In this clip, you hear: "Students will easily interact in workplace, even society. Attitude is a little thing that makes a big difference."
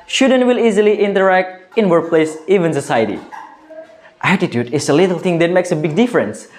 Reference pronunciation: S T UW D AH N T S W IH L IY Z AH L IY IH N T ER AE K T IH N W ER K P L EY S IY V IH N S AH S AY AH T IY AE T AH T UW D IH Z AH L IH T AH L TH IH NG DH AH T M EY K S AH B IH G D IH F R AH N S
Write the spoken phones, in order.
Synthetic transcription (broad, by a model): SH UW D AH N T W IH L IY Z AH L IY IH N T ER AE K T IH N W ER K P L EY S IY V IH N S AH S AY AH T IY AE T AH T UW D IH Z AH L IH T AH L T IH NG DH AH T M EY K S AH B IH G D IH F R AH N S